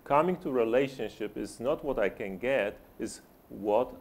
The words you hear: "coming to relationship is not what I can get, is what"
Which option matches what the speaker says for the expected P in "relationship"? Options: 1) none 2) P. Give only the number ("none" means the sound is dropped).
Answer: 2